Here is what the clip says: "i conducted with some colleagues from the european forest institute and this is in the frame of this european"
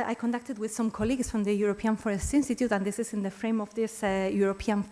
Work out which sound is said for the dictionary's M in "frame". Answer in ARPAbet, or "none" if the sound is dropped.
M